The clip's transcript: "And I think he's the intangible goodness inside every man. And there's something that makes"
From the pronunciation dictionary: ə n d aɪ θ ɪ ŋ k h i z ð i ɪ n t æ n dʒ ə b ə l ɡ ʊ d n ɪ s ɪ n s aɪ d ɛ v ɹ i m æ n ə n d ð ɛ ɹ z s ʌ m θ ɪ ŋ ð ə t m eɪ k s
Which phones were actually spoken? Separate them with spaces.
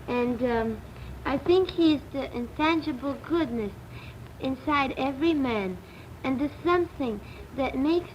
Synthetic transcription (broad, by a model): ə n d aɪ θ ɪ ŋ k h i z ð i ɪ n t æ n dʒ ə b l ɡ ʊ d n ɪ s ɪ n s aɪ d ɛ v ɹ i m æ n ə n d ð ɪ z s ʌ m θ ɪ ŋ ð ə t m eɪ k s